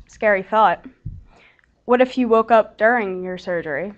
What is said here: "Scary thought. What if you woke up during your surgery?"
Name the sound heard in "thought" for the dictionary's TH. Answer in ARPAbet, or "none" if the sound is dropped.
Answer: TH